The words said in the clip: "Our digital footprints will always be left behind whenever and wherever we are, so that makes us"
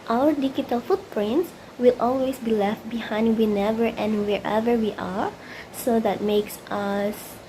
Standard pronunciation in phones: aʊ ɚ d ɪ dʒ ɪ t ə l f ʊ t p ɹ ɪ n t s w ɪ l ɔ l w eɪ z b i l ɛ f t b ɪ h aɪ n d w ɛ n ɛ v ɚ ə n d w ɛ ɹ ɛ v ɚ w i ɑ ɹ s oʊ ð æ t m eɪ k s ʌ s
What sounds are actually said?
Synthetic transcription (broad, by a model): aʊ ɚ d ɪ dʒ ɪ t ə l f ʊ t p ɹ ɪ n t s w ɪ l ɔ l w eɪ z b i l ɛ f t b ɪ h aɪ n d w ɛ n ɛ v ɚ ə n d w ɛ ɹ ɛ v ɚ w i ɑ ɹ s oʊ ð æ t m eɪ k s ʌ s